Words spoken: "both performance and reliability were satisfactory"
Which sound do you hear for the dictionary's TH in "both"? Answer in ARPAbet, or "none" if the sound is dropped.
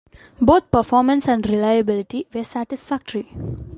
T